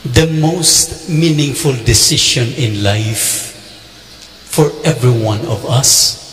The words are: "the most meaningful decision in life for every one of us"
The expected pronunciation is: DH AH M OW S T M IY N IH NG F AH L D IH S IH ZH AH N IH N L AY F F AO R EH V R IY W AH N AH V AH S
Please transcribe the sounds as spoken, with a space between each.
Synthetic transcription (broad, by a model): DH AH M OW S T M IY N IH NG F AH L D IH S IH SH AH N IH N L AY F F AO R EH V R IY W AH N AH V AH S